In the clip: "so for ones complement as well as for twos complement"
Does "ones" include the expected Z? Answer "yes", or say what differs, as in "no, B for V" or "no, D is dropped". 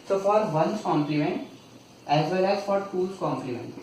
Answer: no, Z is dropped